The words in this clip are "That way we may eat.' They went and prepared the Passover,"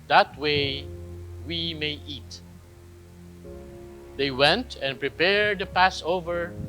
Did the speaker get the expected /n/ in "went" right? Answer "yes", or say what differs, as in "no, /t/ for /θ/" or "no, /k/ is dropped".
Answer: yes